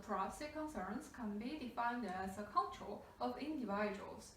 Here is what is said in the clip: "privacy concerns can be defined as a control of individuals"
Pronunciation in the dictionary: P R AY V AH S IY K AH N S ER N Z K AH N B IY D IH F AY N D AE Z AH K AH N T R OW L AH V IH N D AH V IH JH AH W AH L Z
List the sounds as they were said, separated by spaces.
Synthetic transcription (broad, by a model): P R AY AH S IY K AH N S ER N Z K AH N B IY D IH F AY N D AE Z AH K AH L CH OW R AH V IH N D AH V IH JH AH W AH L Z